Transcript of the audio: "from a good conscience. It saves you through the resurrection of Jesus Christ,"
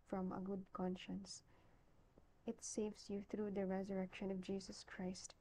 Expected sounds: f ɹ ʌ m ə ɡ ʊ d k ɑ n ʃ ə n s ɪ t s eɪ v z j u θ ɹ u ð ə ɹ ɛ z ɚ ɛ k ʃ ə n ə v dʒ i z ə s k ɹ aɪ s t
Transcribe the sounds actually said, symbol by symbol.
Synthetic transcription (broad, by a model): f ɹ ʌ m ə ɡ ʊ d k ɑ n ʃ ə n s ɪ t s eɪ v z j u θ ɹ u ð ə ɹ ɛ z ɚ ɛ k ʃ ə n ə v dʒ i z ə s k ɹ aɪ s t